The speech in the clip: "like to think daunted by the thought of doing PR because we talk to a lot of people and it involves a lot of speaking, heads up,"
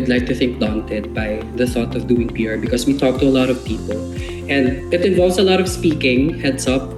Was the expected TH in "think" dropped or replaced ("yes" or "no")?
no